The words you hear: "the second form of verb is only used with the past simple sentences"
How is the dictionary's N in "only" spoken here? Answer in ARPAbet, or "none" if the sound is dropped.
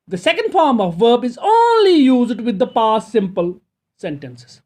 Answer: N